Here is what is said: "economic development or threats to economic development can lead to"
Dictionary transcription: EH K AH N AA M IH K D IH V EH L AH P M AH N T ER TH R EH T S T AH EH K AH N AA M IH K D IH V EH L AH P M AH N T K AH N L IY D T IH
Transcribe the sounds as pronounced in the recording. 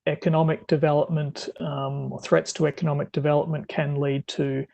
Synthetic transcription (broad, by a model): EH K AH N AA M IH K D IH V EH L AH P M AH N T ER TH R EH T S T AH EH K AH N AA M IH K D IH V EH L AH P M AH N K AH N L IY D T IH